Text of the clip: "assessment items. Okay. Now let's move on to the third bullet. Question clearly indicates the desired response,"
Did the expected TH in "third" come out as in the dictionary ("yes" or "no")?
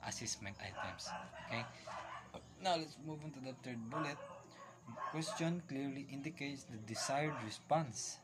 no